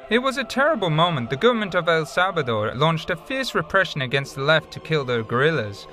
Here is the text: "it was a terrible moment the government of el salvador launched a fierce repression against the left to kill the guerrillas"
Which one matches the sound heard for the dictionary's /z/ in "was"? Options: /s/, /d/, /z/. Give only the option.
/z/